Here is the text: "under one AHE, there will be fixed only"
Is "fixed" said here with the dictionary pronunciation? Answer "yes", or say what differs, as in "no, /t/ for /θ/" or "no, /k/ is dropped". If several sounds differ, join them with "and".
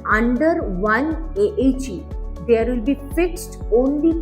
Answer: yes